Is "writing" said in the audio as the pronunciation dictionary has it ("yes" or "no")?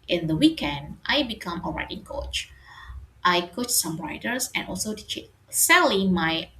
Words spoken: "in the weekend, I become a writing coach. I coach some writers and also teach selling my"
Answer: yes